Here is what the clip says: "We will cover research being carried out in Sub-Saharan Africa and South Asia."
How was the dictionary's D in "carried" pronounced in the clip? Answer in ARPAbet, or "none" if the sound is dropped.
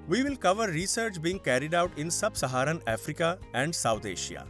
D